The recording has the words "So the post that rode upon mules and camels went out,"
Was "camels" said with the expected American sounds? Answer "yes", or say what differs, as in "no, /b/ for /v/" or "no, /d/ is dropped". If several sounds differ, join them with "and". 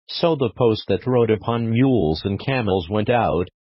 yes